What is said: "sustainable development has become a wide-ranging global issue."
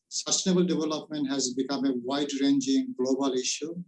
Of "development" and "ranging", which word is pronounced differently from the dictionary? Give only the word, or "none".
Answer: none